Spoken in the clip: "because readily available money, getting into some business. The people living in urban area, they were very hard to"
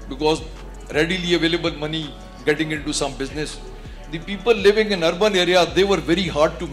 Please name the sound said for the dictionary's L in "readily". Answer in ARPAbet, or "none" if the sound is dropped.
L